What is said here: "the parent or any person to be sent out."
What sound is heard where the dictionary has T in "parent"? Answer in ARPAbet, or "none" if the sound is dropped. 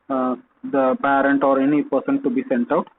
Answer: T